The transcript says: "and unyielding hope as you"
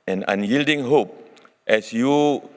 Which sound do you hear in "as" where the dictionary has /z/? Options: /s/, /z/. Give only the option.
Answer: /s/